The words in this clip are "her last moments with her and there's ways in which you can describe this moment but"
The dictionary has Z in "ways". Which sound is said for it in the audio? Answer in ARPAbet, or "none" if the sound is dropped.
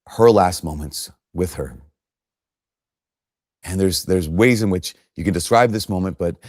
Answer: Z